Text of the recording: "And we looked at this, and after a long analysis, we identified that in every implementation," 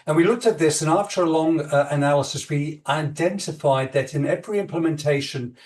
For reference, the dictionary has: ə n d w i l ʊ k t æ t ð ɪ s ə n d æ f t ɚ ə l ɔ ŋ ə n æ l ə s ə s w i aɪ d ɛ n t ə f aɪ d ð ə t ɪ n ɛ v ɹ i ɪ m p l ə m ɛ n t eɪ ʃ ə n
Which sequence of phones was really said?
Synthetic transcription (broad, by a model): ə n w i l ʊ k t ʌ t ð ɪ s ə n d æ f t ɚ ə l ɔ ŋ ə n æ l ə s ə s w i aɪ d ɛ n t ə f aɪ d ð ə t ɪ n ɛ v ɹ i ɪ m p l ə m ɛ n t eɪ ʃ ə n